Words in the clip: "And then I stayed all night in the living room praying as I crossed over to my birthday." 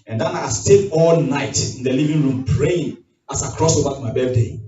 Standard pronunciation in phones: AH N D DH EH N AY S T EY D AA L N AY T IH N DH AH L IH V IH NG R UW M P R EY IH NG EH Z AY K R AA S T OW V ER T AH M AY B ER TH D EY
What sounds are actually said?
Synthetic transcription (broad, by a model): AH N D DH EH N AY S T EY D AA L N AY T IH N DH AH L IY V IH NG R UW M P R EY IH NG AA S AY K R AA S OW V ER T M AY B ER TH D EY